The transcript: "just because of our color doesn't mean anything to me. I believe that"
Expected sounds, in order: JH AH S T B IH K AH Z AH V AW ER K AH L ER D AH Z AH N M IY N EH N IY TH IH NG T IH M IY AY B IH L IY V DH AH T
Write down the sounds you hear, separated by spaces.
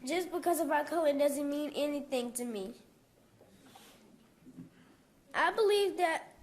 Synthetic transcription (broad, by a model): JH AH S B IH K AH Z AH V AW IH K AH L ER D AH Z AH N M IY N EH N IY TH IH NG T IH M IY AY B IH L IY V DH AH T